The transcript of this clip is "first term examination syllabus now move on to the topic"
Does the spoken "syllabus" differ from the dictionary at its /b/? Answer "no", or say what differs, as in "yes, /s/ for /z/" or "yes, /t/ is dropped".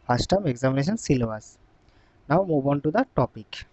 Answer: yes, /b/ is dropped